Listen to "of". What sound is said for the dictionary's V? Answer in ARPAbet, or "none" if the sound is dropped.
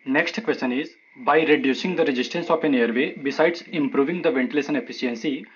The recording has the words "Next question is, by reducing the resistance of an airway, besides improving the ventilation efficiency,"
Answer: P